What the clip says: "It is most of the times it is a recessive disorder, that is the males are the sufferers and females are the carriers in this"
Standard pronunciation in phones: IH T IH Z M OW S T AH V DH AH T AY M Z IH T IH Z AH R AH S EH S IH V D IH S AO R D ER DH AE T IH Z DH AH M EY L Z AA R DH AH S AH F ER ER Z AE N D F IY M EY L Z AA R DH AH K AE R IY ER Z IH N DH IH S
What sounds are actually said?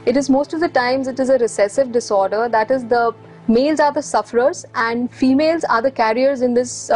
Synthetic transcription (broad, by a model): IH T IH Z M OW S T AH V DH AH T AY M Z IH T IH Z AH R AH S EH S IH V D IH S AO R D ER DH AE T IH Z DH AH M EY L Z AA R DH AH S AH F ER ER Z AE N D F IY M EY L Z AA R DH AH K AE R IY ER Z IH N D IH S